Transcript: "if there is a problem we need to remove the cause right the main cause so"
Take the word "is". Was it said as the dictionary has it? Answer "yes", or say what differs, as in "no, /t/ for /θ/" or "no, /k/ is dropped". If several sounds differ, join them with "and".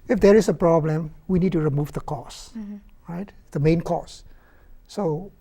no, /s/ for /z/